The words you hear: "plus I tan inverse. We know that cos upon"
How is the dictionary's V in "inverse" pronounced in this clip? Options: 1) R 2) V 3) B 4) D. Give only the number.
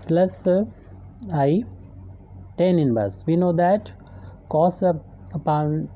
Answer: 3